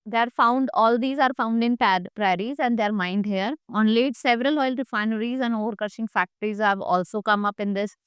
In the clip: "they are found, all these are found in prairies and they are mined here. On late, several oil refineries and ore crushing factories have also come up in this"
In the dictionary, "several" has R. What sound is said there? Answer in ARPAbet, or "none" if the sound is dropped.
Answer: R